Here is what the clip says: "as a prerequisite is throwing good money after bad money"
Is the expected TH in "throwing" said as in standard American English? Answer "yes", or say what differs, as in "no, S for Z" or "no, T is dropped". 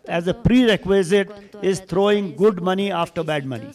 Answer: no, T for TH